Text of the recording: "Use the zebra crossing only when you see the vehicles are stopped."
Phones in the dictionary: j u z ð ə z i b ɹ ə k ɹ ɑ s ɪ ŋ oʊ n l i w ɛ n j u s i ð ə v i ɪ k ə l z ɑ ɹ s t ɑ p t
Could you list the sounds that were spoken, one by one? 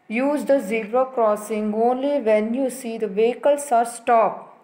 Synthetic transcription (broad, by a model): j u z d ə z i ɹ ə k ɹ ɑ s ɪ ŋ oʊ n l i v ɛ n j u s i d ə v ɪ k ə l s ɑ ɹ s t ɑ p